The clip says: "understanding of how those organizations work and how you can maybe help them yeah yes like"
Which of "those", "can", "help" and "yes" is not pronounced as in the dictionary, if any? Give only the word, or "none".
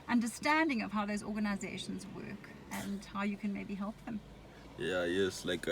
none